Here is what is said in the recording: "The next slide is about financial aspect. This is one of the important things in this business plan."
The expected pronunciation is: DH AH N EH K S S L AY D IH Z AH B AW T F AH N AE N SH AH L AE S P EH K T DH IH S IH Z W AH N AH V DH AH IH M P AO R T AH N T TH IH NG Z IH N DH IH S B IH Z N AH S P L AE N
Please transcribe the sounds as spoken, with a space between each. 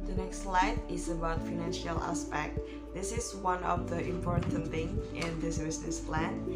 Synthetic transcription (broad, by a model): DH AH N EH K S S L AY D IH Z AH B AW T F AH N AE N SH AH L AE S P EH K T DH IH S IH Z W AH N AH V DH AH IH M P AO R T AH N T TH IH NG IH N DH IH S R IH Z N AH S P L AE N